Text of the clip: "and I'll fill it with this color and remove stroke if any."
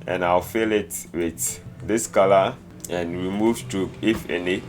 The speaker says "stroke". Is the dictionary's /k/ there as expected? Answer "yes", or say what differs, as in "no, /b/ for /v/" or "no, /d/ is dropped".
no, /k/ is dropped